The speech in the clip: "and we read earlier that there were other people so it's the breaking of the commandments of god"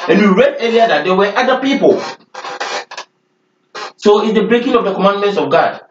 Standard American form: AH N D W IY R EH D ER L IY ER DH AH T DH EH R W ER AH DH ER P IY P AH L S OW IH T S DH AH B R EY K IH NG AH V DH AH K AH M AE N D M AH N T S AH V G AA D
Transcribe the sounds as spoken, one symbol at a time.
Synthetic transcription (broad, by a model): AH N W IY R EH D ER IY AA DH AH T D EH W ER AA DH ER P IY P AH L S OW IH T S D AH B R EY K IH NG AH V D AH K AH M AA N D M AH N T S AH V G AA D